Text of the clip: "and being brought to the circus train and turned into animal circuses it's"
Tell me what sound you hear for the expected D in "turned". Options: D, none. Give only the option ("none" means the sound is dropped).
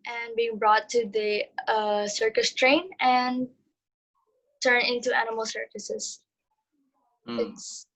none